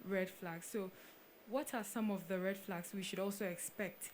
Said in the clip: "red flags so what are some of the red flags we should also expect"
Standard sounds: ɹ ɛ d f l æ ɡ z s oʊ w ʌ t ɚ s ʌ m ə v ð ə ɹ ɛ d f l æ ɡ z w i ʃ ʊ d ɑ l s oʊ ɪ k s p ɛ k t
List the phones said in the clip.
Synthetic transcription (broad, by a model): ɹ ɛ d f l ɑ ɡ s oʊ w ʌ t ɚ s ʌ m ə v ð ə ɹ ɛ d f l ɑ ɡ s w i ʃ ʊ d ɑ l s oʊ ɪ k s p ɛ k t